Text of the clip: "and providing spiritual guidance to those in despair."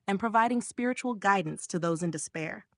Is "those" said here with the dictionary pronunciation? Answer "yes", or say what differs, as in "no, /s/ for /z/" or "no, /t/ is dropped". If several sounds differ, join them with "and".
yes